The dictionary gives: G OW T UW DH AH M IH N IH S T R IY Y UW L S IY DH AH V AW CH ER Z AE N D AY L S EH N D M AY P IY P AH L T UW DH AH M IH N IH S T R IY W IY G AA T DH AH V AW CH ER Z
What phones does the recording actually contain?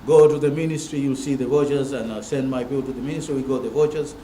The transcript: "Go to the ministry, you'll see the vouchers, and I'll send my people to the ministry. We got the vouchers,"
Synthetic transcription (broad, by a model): G OW T UW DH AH M IH N IH S T R IY Y UW L S IY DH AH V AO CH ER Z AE N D S EH N D M AY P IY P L T UW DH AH M IH N IH S T R IY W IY G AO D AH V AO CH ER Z